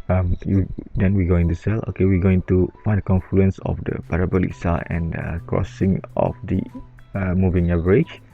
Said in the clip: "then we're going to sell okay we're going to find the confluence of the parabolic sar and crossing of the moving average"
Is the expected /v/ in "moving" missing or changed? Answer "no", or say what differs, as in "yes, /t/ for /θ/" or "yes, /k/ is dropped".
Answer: no